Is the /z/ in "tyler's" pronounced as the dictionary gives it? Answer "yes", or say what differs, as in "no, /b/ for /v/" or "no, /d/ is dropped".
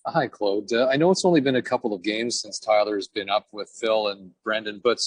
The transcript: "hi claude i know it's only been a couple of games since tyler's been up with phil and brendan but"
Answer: yes